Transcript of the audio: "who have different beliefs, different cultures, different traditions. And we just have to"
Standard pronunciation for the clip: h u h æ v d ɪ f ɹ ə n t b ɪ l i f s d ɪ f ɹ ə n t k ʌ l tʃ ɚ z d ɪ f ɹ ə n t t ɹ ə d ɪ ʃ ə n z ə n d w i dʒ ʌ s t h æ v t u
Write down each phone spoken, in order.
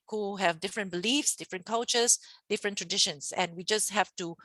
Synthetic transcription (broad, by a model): h u h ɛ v d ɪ f ɹ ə n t b ɪ l i f s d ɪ f ɹ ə n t k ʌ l tʃ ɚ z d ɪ f ɹ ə n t t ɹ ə d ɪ ʃ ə n s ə n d w i dʒ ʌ s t h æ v t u